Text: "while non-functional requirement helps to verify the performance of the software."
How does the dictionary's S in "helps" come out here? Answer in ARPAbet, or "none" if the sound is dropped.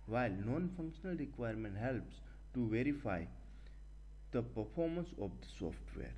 S